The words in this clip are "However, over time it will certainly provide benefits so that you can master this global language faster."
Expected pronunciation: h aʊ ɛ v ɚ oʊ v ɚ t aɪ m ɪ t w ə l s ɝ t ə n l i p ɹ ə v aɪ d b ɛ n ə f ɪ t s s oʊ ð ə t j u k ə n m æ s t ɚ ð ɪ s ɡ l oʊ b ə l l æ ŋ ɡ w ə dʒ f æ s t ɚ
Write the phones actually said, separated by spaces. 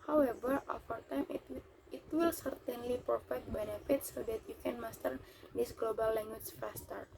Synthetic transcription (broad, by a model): h aʊ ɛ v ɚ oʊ f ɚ t aɪ m ɪ t w ə l s ɝ t ə n l i p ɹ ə f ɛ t b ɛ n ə f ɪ t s s oʊ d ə t j u k ə n m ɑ s t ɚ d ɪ s ɡ l oʊ b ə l l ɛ ŋ ɡ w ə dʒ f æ s t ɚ